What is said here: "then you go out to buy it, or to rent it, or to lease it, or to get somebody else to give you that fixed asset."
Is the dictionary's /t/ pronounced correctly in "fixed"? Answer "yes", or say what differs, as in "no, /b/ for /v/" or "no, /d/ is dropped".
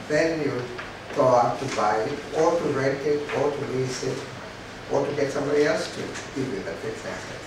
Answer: no, /t/ is dropped